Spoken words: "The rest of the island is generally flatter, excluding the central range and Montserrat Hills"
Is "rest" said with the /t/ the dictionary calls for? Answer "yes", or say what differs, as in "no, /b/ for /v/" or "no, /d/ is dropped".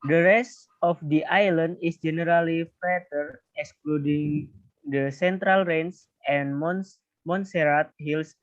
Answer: yes